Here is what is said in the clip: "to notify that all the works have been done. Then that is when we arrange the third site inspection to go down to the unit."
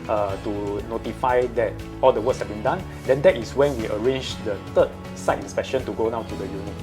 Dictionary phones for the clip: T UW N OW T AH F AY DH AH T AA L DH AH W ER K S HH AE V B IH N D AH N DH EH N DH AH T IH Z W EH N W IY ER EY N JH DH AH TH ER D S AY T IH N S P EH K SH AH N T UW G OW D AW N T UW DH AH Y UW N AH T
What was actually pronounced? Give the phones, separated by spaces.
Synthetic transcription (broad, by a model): T UW N OW T AH F AY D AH T AA L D AH W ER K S HH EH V B IH N D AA N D EH N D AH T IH S W EH N W IY ER EY N JH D AH T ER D S AY T IH N S P EH K SH AH N T UW G OW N AW T UW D AH Y UW N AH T